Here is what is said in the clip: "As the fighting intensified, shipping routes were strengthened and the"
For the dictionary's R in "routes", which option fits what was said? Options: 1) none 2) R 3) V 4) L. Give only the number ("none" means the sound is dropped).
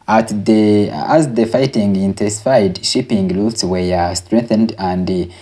4